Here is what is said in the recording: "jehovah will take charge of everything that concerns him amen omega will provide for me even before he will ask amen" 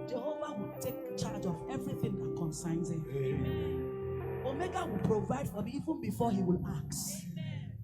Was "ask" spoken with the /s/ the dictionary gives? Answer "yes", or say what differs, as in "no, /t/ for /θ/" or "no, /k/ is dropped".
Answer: no, /s/ is dropped